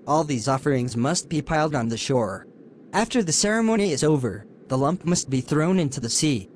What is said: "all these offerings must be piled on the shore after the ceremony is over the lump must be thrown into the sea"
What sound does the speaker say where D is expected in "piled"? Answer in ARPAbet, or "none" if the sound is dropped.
D